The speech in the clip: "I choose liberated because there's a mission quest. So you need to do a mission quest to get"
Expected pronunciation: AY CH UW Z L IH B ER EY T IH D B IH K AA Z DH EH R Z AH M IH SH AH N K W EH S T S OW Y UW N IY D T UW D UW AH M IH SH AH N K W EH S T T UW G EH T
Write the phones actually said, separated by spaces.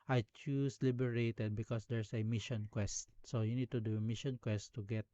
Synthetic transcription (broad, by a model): AY CH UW S L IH B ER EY T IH D B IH K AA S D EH R S AH M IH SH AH N K W EH S T S OW Y UW N IY D T UW D UW M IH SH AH N K W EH S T T UW G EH T